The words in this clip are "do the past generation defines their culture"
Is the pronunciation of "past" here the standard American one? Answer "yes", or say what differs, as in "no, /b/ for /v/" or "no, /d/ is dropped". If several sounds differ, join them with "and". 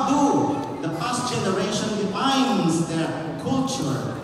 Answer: no, /f/ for /p/